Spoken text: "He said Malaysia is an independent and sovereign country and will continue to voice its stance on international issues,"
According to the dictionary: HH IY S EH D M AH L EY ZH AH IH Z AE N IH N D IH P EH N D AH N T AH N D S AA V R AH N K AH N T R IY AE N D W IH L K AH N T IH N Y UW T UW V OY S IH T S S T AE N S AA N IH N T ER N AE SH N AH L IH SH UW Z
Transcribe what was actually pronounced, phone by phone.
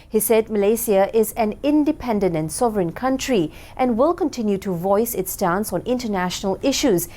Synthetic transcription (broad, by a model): HH IY S EH D M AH L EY S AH IH Z AE N IH N D IH P EH N D AH N T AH N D S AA V R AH N K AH N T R IY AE N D W IH L K AH N T IH N Y UW T UW V OY S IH T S S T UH N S AA N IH N T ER N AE SH N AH L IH SH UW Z